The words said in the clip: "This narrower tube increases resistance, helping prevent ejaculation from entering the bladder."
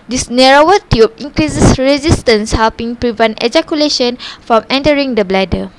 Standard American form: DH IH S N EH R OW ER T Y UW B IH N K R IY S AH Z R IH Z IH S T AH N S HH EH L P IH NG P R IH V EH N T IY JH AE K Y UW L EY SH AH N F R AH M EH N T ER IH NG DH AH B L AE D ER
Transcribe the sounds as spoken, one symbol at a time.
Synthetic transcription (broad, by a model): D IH S N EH R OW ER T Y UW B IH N K R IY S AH S R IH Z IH S T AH N S HH EH L P IH NG P R IH V EH N T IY JH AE K Y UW L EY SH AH N F R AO M EH N T ER IH NG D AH B L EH D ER